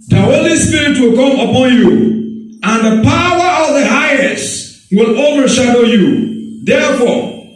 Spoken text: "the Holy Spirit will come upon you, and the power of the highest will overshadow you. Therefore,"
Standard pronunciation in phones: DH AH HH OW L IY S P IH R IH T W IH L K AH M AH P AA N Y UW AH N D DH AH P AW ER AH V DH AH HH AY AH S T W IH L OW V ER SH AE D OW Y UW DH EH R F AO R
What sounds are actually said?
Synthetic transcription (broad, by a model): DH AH HH OW L IY S P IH R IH T W IH L K AH M AH P AA N Y UW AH N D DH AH P AW ER AH V DH AH HH AY AH S T W IH L OW V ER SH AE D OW Y UW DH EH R F AO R